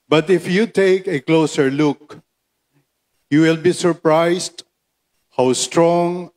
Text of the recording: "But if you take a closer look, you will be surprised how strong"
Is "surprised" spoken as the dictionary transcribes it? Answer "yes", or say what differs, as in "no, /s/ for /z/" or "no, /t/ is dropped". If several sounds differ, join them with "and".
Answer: no, /s/ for /z/